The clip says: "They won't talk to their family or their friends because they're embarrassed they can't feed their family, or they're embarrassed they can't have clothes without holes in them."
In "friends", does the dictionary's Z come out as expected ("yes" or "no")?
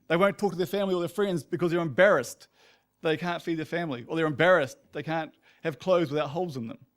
yes